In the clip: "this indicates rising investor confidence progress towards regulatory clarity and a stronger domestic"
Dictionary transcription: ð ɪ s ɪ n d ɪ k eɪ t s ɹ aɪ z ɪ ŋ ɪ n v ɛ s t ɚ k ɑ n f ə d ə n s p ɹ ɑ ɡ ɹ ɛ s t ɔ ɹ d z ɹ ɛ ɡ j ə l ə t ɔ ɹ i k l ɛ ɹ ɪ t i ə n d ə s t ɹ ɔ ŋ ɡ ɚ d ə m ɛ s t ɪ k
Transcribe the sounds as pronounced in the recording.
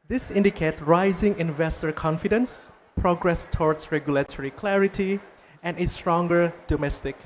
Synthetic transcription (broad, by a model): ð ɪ s ɪ n d ɪ k eɪ t s ɹ aɪ z ɪ ŋ ɪ n v ɛ s t ɚ k ɑ n f ə d ə n s p ɹ ɑ ɡ ɹ ɛ s t ɔ ɹ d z ɹ ɛ ɡ j ə l ə t ɔ ɹ i k l ɛ ɹ ɪ t i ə n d ə s t ɹ ɔ ŋ ɡ ɚ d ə m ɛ s t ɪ k